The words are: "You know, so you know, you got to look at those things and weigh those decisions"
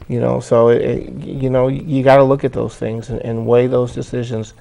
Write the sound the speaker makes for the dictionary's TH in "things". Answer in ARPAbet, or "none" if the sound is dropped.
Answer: TH